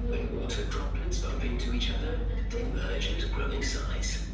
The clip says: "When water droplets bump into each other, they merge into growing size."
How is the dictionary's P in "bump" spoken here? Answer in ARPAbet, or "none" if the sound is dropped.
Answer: P